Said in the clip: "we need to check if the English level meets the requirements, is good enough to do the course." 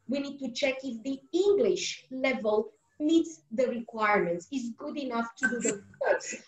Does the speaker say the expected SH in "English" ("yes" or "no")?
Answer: yes